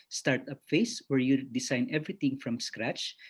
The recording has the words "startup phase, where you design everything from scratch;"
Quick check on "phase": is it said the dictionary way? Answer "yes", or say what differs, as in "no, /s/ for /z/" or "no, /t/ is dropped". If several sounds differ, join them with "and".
no, /s/ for /z/